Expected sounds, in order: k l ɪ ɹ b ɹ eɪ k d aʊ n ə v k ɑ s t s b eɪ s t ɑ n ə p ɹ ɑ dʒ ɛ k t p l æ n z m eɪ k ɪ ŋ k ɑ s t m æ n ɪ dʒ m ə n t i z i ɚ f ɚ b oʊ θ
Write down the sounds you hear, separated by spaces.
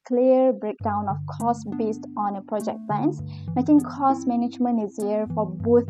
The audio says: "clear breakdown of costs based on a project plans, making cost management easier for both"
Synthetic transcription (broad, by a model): k l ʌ ɹ b ɹ eɪ k d aʊ n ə f k ɑ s s b eɪ s t ɑ n ə p ɹ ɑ dʒ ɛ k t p l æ n s m eɪ k ɪ ŋ k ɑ s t m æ n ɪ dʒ m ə n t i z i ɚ f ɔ b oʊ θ